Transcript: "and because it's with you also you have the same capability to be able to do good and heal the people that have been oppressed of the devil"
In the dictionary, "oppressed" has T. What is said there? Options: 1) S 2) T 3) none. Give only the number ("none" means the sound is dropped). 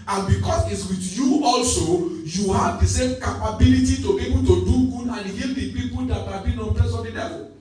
3